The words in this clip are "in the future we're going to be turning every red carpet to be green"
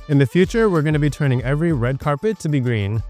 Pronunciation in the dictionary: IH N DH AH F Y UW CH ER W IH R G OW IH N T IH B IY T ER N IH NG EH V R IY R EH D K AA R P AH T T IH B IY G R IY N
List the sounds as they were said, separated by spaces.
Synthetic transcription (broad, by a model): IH N DH AH F Y UW CH ER W IH R G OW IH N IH B IY T ER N IH NG EH V R IY R EH D K AA R P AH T T IH B IY G R IY N